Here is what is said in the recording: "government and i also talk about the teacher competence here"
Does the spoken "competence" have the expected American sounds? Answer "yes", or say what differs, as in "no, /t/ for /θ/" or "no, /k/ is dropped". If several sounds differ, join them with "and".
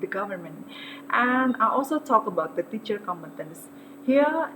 yes